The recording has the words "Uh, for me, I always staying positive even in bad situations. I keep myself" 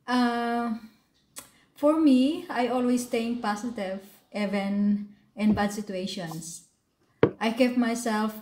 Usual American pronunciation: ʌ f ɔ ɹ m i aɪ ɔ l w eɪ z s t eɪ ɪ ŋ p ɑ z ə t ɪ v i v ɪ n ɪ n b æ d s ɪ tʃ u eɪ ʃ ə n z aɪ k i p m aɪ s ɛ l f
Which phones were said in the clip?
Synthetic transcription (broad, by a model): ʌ f ɔ ɹ m i aɪ ɔ l w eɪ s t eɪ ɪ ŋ p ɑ s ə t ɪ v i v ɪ n ɪ n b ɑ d s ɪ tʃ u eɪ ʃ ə n s aɪ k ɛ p m aɪ s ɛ l f